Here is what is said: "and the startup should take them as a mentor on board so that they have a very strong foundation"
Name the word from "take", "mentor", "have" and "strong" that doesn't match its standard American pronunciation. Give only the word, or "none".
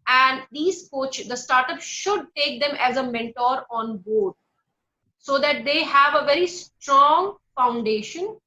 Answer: none